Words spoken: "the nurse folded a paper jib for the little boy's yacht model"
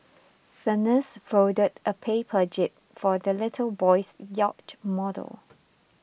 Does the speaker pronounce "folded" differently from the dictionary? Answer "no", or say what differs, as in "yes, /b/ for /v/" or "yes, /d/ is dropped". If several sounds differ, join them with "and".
yes, /l/ is dropped